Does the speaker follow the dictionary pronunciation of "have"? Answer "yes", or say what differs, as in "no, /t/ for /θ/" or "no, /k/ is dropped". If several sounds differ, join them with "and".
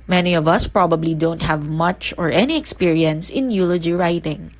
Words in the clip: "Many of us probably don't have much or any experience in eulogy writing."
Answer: yes